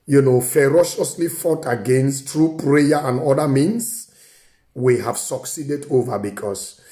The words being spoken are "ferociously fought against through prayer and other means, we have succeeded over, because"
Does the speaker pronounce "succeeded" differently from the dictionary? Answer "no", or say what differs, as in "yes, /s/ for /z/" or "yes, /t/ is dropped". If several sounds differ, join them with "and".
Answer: no